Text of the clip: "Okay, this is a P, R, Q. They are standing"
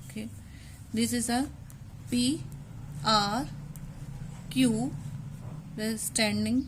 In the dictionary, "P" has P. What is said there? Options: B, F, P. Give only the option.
P